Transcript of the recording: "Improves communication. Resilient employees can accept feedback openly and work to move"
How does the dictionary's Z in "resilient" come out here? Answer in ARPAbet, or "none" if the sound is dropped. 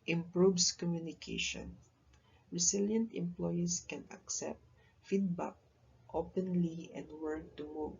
S